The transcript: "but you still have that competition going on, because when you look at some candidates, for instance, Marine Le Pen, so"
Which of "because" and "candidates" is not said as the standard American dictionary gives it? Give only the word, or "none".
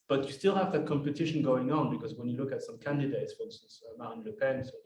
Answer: none